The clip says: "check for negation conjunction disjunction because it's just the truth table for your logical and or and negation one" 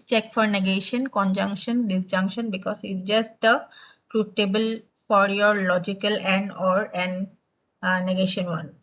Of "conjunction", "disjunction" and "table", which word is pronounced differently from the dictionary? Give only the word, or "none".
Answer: none